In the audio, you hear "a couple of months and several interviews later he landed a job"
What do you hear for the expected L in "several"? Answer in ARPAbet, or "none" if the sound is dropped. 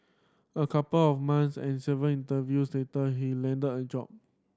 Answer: N